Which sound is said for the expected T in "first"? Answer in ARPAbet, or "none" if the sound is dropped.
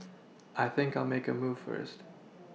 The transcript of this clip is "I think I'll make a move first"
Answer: T